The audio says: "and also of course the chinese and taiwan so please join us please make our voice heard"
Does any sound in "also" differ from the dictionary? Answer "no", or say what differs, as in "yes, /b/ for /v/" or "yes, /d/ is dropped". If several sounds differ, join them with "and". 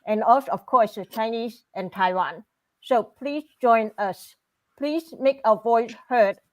yes, /l/ is dropped